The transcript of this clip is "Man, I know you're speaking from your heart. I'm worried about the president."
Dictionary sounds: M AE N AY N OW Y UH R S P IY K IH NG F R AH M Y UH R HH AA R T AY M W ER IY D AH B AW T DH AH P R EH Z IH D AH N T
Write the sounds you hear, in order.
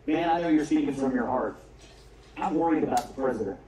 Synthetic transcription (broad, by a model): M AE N AY N OW Y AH R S IY IH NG F R AH M Y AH R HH AA R T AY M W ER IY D AH B AW T DH AH P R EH Z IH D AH N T